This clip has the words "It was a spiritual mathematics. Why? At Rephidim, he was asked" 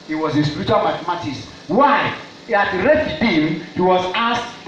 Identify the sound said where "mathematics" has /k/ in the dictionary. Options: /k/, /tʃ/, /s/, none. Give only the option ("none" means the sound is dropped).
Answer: none